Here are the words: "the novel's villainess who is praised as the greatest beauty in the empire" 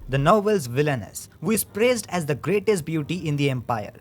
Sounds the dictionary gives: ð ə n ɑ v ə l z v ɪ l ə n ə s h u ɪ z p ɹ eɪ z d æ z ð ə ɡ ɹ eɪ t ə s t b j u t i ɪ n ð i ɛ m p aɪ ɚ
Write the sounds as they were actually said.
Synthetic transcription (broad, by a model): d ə n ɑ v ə l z v ɪ l ə n ə s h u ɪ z p ɹ eɪ z d æ z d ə ɡ ɹ eɪ t ə s t b j u t i ɪ n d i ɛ m p aɪ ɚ